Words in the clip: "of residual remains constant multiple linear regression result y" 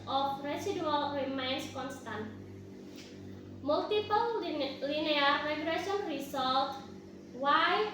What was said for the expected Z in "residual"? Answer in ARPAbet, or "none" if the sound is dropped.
S